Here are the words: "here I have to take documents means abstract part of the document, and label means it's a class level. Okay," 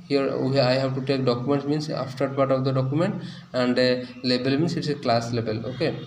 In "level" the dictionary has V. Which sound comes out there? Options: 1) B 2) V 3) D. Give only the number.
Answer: 1